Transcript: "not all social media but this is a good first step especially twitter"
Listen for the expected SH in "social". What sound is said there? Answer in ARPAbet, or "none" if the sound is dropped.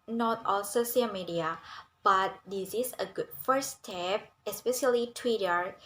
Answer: S